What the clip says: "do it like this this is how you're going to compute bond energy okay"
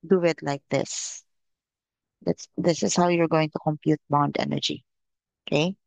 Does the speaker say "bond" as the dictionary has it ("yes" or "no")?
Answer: yes